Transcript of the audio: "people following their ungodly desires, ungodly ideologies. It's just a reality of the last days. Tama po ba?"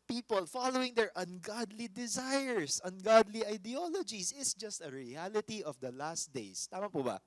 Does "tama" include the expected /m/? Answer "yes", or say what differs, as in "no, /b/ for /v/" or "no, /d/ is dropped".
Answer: yes